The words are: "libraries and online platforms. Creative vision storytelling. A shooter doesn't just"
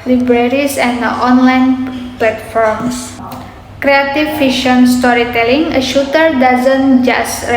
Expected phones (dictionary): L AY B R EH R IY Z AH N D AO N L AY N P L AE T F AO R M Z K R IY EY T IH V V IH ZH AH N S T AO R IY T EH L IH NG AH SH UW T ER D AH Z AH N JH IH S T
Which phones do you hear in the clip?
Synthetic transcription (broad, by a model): L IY B R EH R IY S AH N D AO N L AY N P L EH T F AO R M S K R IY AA T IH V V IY SH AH N S T AO R IY T EH L IH NG AH SH UW T ER D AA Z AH N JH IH S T